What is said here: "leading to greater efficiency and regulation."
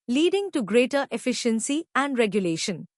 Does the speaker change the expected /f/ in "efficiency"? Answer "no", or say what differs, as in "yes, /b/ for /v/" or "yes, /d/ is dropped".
no